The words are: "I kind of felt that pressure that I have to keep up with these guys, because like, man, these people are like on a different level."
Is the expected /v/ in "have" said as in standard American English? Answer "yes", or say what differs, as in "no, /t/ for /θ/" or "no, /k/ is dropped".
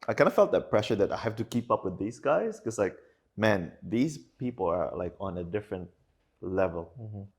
no, /f/ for /v/